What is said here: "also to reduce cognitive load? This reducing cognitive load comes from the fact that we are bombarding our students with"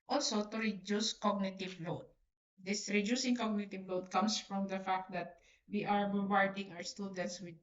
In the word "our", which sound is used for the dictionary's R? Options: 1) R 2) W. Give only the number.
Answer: 2